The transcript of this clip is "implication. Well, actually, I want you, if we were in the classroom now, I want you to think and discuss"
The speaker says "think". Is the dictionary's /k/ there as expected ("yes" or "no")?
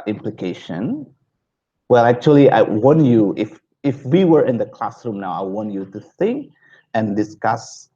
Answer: yes